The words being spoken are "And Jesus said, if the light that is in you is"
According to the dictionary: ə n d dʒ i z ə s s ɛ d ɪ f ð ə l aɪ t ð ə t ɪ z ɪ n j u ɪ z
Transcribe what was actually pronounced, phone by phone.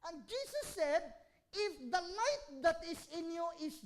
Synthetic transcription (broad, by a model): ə n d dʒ i s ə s s ɛ d ɪ f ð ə n aɪ t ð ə t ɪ s ɪ n j u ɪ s